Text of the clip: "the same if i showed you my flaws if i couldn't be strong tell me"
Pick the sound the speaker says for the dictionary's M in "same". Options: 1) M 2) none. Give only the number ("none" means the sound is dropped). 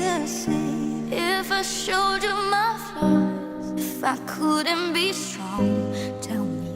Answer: 2